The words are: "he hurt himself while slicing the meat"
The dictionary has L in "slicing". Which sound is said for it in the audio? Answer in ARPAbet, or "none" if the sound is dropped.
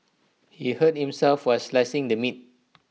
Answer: L